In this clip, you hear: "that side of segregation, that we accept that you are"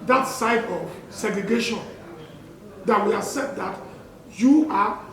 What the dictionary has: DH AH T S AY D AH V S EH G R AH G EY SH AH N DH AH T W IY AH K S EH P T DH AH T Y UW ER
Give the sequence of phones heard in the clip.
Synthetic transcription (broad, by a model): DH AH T S AY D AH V S EH G R AH G EY SH AH N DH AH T W IY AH S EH T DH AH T Y UW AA